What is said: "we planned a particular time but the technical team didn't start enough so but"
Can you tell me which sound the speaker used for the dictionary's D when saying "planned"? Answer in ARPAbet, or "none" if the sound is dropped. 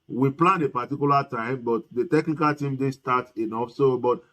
none